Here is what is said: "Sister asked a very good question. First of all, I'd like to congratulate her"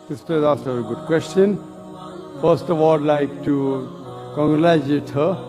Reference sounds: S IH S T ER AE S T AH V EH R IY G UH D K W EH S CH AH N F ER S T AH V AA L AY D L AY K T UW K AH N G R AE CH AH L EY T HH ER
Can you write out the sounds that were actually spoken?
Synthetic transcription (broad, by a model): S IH S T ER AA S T AH V EH R IY G UH D K W EH S CH AH N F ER S T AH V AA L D L AY K T UW K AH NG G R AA AH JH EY T HH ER